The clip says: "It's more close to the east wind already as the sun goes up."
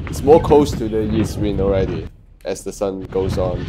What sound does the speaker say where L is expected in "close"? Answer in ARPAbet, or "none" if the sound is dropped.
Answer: none